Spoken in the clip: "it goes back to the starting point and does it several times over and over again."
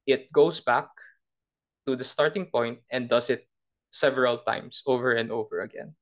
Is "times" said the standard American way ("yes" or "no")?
no